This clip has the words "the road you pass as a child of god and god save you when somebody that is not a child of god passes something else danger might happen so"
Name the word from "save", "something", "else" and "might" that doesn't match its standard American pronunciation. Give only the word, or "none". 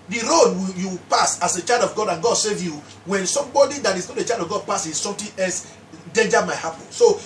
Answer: something